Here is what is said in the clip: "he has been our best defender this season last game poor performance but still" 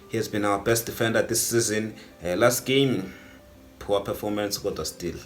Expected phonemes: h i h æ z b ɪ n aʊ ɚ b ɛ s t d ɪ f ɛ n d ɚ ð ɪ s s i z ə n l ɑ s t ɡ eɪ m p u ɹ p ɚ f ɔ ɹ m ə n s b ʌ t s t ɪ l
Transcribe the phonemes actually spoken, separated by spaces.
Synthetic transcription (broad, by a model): h i h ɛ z b ɪ n aʊ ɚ b ɛ s t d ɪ f ɛ n d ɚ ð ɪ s s i z ə n l ɑ s t ɡ eɪ m p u w p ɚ f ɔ m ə n s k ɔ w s t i l